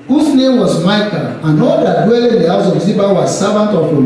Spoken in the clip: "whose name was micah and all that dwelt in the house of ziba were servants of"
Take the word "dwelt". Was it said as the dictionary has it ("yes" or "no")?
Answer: no